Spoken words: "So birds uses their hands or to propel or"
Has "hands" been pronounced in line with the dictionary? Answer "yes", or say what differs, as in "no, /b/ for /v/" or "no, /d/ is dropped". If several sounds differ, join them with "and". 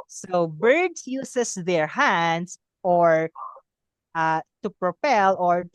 no, /s/ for /z/